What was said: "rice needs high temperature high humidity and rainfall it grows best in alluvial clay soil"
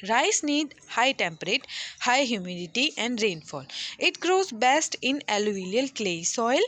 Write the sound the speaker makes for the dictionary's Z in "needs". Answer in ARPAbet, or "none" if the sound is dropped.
none